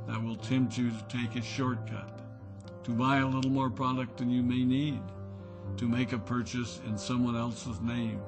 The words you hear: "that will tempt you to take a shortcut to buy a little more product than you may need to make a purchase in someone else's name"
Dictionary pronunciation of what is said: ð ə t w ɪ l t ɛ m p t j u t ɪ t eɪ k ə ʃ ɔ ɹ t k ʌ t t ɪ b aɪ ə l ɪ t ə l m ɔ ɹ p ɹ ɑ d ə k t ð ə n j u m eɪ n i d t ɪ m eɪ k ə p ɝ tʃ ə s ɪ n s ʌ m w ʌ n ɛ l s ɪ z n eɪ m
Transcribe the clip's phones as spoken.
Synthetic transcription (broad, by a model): ð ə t w ɪ l t ɛ m p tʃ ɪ t ɪ t eɪ k ə ʃ ɔ ɹ t k ʌ t t ɪ b aɪ ə l ɪ t l m ɔ ɹ p ɹ ɑ d ə k t ð ə n j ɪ m eɪ n i d t ɪ m eɪ k ə p ɝ tʃ ə s ɪ n s ʌ m w ʌ n ɛ l s ɪ z n eɪ m